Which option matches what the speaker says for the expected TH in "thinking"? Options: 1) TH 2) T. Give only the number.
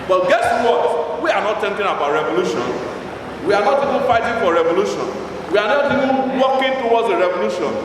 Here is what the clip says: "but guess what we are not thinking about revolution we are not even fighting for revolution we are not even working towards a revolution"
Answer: 2